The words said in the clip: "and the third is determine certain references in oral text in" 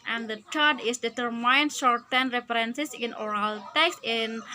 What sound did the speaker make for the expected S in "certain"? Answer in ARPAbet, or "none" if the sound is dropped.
SH